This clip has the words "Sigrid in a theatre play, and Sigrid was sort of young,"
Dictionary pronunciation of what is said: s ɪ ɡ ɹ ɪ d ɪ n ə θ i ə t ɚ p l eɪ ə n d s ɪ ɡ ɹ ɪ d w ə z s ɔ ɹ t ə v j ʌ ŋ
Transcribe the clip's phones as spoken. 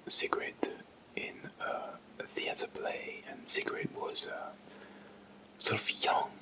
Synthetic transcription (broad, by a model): s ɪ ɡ ɹ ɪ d ɪ n ə θ i ə t ɚ p l eɪ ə n s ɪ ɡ ɹ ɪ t w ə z s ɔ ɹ t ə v j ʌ ŋ